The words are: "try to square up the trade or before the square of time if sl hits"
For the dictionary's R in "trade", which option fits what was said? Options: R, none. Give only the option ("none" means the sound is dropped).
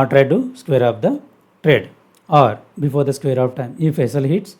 R